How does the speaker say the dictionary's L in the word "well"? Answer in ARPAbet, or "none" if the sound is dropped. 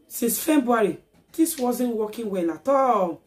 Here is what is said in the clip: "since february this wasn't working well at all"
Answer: N